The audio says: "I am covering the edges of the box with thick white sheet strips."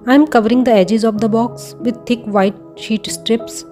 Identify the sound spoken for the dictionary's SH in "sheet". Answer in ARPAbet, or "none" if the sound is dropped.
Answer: SH